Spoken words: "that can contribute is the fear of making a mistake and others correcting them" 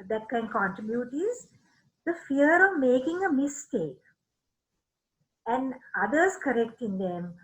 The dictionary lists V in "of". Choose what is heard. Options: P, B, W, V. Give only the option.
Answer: V